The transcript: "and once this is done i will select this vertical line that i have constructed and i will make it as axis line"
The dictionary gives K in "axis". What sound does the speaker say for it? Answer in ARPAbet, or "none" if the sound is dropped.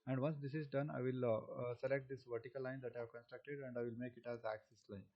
K